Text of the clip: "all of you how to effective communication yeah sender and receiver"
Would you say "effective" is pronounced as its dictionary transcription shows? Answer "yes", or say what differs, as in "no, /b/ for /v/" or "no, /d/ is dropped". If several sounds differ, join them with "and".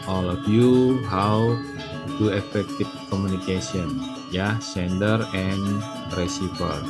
no, /f/ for /v/